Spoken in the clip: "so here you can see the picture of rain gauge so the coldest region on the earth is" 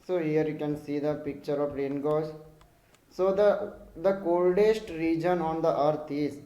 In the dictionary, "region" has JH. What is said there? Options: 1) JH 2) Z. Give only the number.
1